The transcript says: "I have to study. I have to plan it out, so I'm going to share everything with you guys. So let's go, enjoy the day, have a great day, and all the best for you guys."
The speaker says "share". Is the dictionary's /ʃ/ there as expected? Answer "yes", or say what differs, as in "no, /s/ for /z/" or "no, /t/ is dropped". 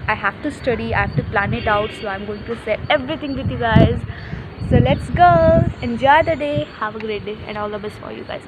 no, /s/ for /ʃ/